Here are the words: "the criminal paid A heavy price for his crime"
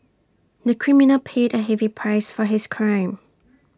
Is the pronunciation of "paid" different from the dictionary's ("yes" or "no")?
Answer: no